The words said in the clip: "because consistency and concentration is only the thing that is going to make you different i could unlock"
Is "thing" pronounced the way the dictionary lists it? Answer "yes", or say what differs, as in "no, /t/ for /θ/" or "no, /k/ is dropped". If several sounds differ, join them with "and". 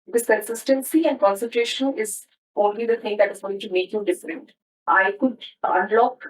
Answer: no, /t/ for /θ/